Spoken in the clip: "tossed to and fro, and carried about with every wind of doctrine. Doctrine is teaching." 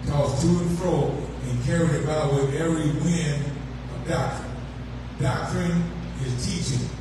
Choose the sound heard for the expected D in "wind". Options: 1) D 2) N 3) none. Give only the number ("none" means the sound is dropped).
3